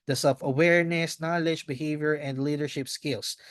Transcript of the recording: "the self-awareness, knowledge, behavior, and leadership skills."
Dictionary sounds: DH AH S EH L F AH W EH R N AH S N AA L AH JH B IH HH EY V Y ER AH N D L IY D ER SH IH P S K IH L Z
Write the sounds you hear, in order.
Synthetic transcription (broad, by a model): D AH S EH L F AH W EH R N AH S N AA L AH JH B IH HH EY V Y ER AH N D L IY D ER SH IH P S K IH L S